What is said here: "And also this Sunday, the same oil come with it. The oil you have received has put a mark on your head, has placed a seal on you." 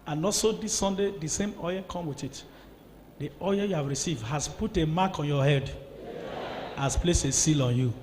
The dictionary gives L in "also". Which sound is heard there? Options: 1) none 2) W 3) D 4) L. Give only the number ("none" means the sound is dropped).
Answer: 1